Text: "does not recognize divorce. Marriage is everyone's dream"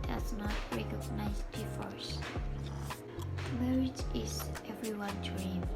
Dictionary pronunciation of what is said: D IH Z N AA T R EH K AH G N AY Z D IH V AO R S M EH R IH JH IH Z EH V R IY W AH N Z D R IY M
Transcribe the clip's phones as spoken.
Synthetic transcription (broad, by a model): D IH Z N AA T R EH K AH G N AY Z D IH F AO R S M EH R IH JH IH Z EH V R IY W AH N D R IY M